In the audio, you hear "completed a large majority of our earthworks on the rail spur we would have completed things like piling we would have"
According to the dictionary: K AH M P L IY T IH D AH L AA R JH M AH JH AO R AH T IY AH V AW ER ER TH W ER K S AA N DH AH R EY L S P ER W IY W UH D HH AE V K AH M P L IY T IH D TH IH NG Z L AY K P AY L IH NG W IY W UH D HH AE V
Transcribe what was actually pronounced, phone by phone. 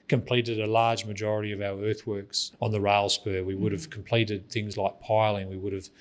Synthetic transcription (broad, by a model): K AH M P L IY T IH D AH L AA R JH M AH JH AO R AH T IY AH V AW ER ER TH W ER K S N DH AH R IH L S P ER W IY W UH D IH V K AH M P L IY T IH D TH IH NG Z L AY K P AY L IH NG W IY W UH D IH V